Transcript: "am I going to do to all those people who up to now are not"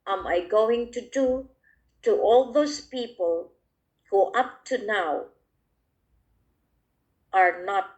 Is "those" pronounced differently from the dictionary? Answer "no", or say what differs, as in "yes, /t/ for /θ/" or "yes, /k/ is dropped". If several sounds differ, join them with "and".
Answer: yes, /s/ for /z/